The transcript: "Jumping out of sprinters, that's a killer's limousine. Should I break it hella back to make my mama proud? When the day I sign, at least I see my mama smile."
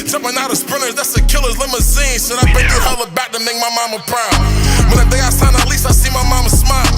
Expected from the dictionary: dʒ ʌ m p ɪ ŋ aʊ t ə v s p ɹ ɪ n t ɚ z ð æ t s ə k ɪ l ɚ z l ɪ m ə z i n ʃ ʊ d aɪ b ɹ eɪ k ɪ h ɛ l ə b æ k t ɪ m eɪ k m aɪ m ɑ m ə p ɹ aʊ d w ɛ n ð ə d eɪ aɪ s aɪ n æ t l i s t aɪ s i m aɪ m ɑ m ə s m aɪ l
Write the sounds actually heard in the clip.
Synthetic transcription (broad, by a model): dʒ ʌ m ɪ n aʊ t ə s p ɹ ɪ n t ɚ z ð æ t s ə k ɪ l ɚ z l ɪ m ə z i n s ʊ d aɪ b eɪ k ɪ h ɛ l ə b æ k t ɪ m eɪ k m aɪ m ɑ m ə p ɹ aʊ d w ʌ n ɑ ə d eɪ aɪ s aɪ n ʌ t l i s t aɪ s i m aɪ m ɑ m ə s m aɪ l